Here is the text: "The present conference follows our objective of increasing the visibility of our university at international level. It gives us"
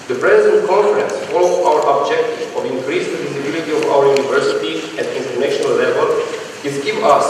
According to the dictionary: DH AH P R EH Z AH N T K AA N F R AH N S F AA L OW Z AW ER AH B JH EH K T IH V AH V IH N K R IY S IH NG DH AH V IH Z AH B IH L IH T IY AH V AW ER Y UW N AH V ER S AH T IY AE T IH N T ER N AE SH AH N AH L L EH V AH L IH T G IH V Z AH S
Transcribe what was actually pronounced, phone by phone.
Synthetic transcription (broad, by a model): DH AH P R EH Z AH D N K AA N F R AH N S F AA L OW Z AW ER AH B JH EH K T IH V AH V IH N K R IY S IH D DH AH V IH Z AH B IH L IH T IY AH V AW ER Y UW N AH V ER S AH T IY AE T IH N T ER N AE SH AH N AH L L EH V AH L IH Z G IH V AH S